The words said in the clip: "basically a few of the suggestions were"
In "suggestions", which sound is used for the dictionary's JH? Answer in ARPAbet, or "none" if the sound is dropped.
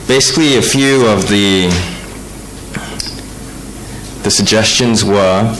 JH